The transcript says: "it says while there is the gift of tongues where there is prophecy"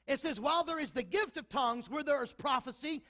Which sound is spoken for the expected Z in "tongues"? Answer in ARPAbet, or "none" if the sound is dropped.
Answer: Z